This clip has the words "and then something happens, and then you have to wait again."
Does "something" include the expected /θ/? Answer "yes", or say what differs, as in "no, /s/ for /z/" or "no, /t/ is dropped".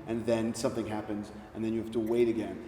yes